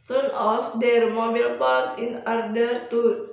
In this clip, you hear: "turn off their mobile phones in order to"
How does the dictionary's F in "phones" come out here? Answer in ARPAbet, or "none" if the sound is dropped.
P